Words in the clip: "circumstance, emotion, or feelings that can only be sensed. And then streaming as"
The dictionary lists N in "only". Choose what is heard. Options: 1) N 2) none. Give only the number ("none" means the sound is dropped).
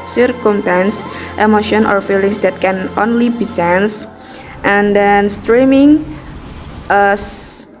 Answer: 1